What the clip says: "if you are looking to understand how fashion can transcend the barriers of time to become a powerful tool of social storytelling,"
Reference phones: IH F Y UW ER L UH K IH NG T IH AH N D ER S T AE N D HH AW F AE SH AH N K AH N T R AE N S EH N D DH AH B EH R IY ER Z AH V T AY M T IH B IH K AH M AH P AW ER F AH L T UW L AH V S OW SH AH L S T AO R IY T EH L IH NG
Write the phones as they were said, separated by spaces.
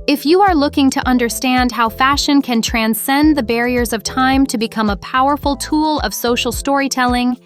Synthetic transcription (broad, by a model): IH F Y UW ER L UH K IH NG T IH AH N D ER S T AE N D HH AW F AE SH AH N K AH N T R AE N S EH N DH AH B EH R IY ER Z AH V T AY M T IH B IH K AH M AH P AW ER F L T UW L AH V S OW SH L S T AO R IY T EH L IH NG